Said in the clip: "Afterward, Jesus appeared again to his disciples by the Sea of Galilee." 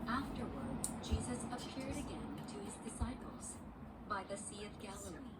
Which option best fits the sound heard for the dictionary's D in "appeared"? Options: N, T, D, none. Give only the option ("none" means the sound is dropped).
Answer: D